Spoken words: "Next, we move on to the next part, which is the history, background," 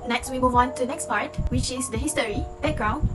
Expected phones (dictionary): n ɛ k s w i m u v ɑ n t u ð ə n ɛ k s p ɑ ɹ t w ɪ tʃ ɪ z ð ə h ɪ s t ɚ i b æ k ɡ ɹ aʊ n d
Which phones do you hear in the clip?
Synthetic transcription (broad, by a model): n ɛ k s w i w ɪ w ɑ n t u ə n ɛ k s p ɑ ɹ t w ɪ tʃ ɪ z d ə h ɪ s t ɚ i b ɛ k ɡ ɹ aʊ n